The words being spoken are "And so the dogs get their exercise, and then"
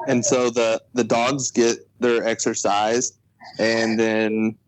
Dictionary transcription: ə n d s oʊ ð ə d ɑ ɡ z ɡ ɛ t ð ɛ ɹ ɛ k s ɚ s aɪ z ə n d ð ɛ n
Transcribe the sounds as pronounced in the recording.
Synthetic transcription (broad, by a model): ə n s oʊ ð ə d ɑ ɡ z ɡ ɛ t ð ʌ ɹ ɛ k s ɚ s aɪ z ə n ð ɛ n